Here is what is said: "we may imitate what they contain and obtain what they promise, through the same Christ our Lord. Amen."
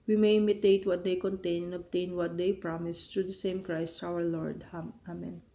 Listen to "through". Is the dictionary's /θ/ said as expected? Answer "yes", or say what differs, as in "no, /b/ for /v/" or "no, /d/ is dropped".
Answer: no, /t/ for /θ/